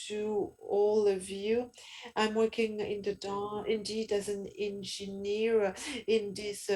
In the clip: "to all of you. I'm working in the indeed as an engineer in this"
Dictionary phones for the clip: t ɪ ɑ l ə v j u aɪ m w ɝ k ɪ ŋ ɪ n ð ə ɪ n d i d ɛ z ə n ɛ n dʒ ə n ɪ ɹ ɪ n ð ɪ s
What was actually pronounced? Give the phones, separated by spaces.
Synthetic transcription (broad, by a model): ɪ ɑ l ə v j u aɪ m w ɝ k ɪ ŋ ɪ n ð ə ɪ n d i d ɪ z ə n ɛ n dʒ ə n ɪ ɹ ɪ n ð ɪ s